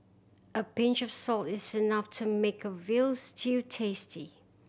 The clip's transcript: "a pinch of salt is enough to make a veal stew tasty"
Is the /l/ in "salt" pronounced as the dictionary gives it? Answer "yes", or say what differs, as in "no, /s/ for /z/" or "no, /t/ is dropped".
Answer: yes